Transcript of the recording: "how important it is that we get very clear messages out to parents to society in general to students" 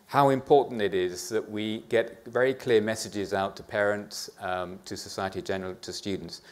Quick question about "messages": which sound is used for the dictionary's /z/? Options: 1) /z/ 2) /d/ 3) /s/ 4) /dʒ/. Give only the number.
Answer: 1